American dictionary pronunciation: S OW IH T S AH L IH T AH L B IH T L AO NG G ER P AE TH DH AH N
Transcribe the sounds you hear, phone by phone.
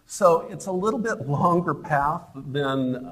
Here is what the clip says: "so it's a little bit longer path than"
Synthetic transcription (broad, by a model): S OW IH T S AH L IH T L B IH T L AO NG G ER P AE TH DH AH N